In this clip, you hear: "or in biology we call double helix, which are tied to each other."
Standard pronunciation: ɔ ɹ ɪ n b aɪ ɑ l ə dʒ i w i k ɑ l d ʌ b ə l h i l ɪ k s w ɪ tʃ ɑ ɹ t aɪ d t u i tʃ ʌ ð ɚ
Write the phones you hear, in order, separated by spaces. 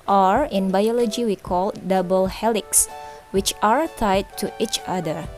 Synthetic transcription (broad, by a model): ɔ ɹ ɪ n b aɪ ɑ l ə dʒ i w i k ɑ l d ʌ b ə l h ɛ l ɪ k s w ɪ tʃ ɑ ɹ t aɪ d t u i tʃ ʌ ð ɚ